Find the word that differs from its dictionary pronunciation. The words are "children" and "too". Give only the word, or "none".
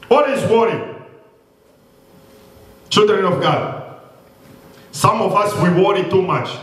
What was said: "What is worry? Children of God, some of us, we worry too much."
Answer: none